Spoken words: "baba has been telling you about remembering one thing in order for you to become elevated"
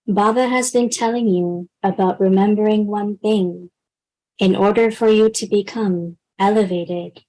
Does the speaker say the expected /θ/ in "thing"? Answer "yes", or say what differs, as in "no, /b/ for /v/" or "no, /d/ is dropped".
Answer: yes